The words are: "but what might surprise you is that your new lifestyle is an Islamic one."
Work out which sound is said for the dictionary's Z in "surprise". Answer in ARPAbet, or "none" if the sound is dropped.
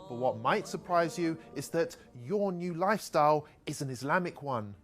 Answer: Z